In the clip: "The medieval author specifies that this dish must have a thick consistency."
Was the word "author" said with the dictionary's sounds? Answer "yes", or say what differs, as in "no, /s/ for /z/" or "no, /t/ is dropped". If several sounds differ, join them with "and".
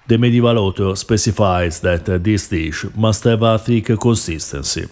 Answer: no, /t/ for /θ/